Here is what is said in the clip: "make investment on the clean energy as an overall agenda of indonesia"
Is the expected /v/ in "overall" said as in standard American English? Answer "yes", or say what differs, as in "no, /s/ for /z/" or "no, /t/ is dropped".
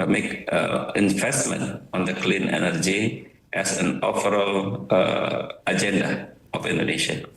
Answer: no, /p/ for /v/